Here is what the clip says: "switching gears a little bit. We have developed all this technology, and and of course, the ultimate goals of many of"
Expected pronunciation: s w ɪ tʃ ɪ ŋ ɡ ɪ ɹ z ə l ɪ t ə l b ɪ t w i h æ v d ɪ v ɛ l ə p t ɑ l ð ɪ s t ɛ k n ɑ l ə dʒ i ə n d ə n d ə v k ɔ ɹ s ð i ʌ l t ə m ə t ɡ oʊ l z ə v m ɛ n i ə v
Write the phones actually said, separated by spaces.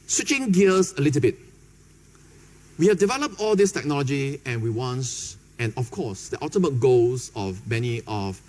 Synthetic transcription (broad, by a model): s w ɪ tʃ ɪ ŋ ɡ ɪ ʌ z ə l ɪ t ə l b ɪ t w i h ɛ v d ɪ v ɛ l ə p t ɑ l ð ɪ s t ɛ k n ɑ l ə dʒ i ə n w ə n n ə f k ɔ s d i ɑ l t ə m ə t ɡ oʊ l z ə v m ɛ n i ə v